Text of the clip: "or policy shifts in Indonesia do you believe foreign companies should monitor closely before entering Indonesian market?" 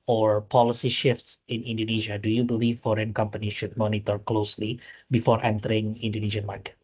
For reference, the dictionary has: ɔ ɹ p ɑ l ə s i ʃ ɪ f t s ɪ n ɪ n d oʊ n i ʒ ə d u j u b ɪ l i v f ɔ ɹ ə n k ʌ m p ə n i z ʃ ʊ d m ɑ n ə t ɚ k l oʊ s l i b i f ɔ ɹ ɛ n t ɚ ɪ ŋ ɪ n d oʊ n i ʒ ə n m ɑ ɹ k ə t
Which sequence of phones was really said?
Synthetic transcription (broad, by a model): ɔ ɹ p ɑ l ə s i ʃ ɪ f t s ɪ n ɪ n d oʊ n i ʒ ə d u j u b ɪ l i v f ɔ ɹ ə n k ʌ m p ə n i ʃ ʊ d m ɑ n ə t ɚ k l oʊ s l i b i f ɔ ɹ ɛ n t ɚ ɪ ŋ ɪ n d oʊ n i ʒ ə n m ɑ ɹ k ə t